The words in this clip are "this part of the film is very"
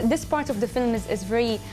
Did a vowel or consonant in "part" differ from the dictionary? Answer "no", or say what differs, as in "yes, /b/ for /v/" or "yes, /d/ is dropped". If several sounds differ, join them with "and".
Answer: no